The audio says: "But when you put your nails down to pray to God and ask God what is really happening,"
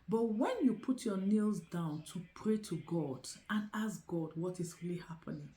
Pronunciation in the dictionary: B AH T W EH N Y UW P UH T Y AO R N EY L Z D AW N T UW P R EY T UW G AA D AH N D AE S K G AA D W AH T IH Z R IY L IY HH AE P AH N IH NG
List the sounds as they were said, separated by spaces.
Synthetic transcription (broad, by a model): B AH T W EH N Y UW P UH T Y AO N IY L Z D AW N T UW P R EY T UW G AA D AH N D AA S G AA D W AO T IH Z R IY L IY HH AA P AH N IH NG